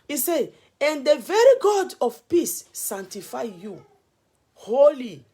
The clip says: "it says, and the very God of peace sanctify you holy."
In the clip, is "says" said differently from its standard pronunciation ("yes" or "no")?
yes